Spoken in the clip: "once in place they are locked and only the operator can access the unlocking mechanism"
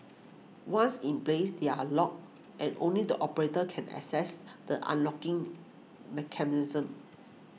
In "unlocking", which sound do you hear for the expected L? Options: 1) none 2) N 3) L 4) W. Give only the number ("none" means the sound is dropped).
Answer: 3